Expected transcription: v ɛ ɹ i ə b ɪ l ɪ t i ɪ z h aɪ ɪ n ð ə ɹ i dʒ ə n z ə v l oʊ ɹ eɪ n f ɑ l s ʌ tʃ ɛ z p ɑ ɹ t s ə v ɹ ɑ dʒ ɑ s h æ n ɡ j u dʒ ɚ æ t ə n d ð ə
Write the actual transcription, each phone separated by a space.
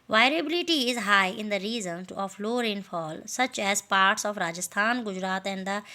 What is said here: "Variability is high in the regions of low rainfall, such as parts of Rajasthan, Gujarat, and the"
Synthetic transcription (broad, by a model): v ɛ ɹ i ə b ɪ l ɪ t i ɪ z h aɪ ɪ n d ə ɹ i z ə n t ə f l oʊ ɹ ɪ n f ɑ l s ʌ tʃ ɛ z p ɑ ɹ t s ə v ɹ ɑ dʒ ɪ s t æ n ɡ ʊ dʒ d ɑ t ə n d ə